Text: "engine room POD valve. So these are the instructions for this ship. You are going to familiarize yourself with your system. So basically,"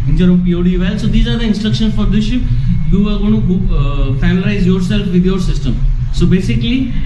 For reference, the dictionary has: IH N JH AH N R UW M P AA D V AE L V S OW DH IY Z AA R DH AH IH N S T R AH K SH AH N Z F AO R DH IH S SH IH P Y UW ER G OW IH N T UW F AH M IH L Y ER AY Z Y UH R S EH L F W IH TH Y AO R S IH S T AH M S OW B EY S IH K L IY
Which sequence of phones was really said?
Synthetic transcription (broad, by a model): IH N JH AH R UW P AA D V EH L S OW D IY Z AA R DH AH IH N S T R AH K SH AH N F AO R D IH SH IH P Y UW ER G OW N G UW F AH IH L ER AY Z Y UH R S EH L F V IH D Y AO R S IH S T AH M S OW B EY S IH K L IY